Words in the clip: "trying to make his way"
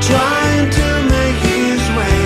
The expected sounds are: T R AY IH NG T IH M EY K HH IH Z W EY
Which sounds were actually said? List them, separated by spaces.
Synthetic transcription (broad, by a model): T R AY IH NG T IH M EY K HH IH Z W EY